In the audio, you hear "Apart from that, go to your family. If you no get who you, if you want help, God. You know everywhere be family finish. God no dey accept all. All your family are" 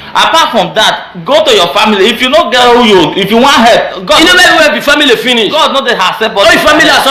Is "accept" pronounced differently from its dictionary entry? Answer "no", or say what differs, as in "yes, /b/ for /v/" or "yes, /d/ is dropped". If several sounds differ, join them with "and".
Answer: yes, /k/ is dropped